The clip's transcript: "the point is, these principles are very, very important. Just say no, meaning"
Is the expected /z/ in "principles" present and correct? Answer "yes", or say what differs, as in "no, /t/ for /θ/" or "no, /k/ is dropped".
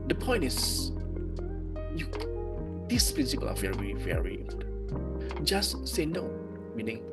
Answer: no, /z/ is dropped